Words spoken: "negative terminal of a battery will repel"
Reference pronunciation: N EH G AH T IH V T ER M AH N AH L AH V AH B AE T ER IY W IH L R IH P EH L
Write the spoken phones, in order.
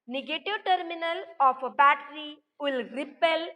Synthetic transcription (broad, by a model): N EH G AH T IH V T ER M AH N AH L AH P AH B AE T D IY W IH L R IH P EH L